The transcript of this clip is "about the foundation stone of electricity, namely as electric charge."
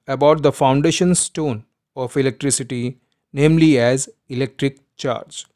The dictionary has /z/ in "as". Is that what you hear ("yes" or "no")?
yes